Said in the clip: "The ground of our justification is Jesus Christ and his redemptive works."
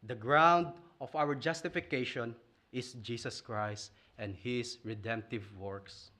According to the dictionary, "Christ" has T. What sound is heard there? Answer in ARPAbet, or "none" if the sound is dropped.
T